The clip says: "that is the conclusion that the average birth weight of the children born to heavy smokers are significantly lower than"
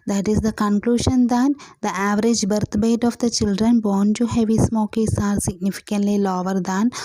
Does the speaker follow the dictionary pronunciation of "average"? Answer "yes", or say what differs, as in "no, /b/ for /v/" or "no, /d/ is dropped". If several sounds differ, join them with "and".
yes